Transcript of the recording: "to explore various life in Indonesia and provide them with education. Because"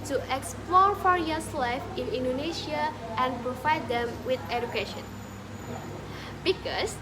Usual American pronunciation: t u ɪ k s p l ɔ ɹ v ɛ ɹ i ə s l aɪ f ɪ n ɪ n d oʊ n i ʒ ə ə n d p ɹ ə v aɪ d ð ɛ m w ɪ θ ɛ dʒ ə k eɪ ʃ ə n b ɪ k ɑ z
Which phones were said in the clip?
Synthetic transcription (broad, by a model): t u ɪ k s p l ɔ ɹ f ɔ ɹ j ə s l aɪ f ɪ n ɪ n d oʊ n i ʃ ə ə n p ɹ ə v aɪ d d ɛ m w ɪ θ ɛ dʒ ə k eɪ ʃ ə n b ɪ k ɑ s